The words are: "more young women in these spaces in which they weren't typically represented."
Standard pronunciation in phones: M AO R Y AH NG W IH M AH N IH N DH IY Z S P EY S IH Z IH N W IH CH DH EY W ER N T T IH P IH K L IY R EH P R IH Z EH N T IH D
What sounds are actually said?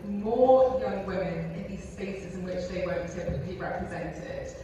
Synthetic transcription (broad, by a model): M AO Y AH NG W IH M AH N IH N DH IY Z S P EY S IH Z IH N W IH CH DH EY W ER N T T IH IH L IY R EH P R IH Z EH N T IH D